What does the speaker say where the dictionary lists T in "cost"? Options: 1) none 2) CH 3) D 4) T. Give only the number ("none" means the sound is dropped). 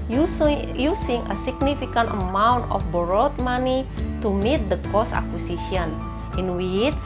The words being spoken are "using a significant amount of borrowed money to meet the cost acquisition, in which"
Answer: 1